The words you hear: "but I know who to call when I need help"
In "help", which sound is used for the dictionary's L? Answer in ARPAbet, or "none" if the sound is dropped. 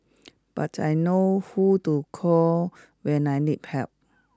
none